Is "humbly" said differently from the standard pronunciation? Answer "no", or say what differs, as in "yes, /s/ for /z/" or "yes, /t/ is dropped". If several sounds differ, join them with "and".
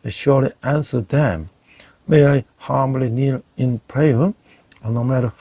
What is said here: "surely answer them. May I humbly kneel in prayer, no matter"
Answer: yes, /b/ is dropped